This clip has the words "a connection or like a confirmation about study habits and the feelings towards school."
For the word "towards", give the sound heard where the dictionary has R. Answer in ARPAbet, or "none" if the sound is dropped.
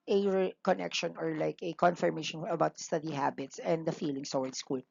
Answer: W